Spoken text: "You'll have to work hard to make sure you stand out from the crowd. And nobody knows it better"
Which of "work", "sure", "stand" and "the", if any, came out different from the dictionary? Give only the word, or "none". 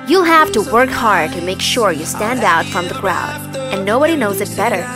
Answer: none